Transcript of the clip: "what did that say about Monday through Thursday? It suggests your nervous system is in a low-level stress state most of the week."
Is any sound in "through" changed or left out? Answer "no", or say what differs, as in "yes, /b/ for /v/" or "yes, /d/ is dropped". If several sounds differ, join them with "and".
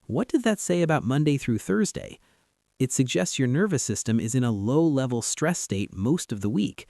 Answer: no